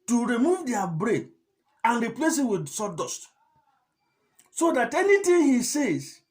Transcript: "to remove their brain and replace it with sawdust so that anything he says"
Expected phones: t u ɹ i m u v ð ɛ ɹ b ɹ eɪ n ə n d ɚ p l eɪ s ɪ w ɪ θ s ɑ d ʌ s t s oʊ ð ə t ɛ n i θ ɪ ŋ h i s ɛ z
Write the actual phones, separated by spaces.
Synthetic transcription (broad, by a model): t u ɹ i m u v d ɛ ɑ b ɹ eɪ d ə n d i p l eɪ s ɪ w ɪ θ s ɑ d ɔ s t s oʊ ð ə t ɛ n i t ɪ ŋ h i s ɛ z